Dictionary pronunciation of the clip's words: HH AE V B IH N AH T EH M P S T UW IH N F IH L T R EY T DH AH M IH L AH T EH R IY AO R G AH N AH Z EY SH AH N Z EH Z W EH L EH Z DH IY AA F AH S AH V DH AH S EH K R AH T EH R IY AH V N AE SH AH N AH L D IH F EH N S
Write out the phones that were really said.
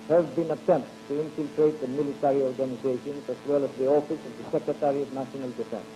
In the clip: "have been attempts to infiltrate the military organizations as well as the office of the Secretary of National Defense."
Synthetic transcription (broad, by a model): HH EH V B IH N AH T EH M P T UW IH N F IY L T R EY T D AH M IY L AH T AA R IY AO R G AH N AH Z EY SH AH N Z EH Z W EH L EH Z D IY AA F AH S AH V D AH S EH K R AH T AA R IY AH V N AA S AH N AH L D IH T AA